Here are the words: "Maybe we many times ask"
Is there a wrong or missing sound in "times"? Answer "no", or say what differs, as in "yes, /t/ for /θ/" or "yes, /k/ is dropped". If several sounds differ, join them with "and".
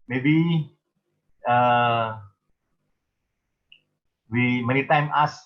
yes, /z/ is dropped